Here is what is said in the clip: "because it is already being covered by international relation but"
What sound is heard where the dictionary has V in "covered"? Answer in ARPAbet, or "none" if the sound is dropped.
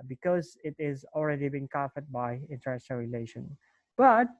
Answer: F